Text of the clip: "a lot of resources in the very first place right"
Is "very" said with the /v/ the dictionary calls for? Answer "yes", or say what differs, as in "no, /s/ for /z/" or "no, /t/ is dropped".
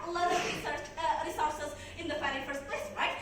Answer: no, /f/ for /v/